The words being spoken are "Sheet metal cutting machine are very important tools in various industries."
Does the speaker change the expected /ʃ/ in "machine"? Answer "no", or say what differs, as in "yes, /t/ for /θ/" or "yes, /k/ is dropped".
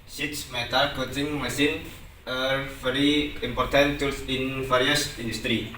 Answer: yes, /s/ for /ʃ/